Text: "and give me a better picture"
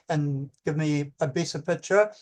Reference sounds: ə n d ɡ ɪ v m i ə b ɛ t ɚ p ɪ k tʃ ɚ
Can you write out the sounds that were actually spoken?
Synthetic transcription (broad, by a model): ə n ɡ ɪ v m i ə b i s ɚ p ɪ k tʃ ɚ